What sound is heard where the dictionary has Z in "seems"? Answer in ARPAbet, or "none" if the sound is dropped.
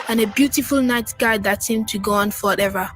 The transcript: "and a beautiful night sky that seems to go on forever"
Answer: none